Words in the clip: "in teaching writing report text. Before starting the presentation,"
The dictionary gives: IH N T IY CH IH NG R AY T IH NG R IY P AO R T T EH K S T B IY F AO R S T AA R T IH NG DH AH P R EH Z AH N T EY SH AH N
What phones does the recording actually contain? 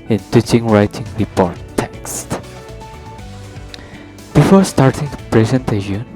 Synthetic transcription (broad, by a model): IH N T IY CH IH NG R AY T IH NG R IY P AO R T T EH K S T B IY F AO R S T AA R T IH NG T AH P R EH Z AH N T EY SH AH N